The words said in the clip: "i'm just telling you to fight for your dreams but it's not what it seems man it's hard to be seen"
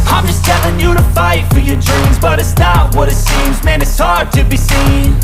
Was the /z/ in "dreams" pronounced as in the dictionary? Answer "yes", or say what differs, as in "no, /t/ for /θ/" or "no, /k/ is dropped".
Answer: yes